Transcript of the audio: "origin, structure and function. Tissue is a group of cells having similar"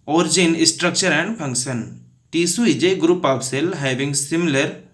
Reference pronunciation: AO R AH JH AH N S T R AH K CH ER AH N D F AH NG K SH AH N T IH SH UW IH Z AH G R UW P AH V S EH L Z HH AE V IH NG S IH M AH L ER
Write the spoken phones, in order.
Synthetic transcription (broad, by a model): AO R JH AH N S T R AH K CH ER AH N D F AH NG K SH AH N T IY S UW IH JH AH G R UW P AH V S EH L HH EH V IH NG S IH M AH L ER